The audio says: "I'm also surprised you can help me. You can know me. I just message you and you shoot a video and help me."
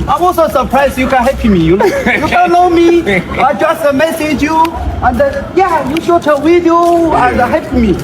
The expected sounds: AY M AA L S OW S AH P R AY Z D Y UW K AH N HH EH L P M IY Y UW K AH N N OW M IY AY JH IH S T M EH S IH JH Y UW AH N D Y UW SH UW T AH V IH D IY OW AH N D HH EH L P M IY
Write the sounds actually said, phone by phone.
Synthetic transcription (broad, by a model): AY M AA L S OW S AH P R AY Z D Y UW K AH N HH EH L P M IY Y UW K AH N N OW M IY AY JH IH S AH M EH S IH JH Y UW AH N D Y UW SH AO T AH W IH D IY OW AH N D HH EH L P M IY